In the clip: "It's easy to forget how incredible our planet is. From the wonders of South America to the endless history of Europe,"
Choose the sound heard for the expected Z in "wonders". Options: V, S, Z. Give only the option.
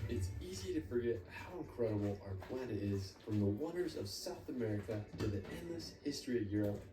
Z